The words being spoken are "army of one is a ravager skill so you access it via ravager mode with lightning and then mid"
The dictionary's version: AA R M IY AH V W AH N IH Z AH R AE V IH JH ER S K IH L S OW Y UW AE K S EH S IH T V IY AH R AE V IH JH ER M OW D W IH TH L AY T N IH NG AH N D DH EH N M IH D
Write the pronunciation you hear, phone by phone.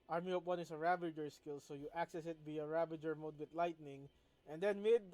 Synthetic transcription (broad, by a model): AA R M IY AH P W AH N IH S AH R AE B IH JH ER S K IH L S OW Y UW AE K S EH S IH T B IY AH R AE B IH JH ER M OW D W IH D L AY T N IH NG AH N D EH N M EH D